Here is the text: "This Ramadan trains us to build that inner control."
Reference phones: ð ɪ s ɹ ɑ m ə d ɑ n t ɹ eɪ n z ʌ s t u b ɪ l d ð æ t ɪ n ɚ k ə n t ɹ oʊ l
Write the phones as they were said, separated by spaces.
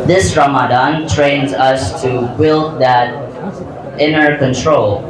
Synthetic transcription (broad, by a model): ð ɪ s ɹ ɑ m ə d ɑ n t ɹ eɪ n z ʌ s t u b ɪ l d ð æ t ɪ n ɚ k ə n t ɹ oʊ l